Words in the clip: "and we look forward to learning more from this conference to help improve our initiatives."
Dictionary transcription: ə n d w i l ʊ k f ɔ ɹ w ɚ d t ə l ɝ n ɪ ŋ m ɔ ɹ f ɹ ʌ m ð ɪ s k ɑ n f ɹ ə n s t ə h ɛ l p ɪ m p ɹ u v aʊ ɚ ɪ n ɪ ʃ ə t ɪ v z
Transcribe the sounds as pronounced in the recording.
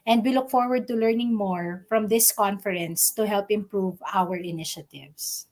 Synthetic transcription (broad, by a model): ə n d w i l ʊ k f ɔ ɹ w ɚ d t ə l ɝ n ɪ ŋ m ɔ ɹ f ɹ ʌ m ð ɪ s k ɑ n f ɹ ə n s t ə h ɛ l p ɪ m p ɹ u v aʊ ɚ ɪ n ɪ ʃ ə t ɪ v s